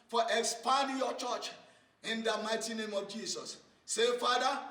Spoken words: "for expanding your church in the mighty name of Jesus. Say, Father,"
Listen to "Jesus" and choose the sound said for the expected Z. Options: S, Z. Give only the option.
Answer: S